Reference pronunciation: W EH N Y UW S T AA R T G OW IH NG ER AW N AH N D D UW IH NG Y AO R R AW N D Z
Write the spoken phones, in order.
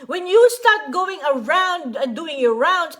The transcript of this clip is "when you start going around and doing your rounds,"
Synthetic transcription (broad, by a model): W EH N Y UW S T AA R T G OW IH NG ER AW AH N D D UW IH NG Y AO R R AW N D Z